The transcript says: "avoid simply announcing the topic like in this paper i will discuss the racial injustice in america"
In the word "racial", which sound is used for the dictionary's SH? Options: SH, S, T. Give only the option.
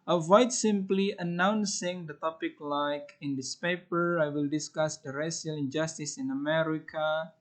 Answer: S